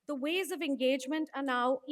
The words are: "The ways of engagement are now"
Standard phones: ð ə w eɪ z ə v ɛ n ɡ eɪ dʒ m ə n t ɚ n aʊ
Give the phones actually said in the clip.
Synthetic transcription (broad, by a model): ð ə w eɪ z ə v ɛ n ɡ eɪ dʒ m ə n t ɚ n aʊ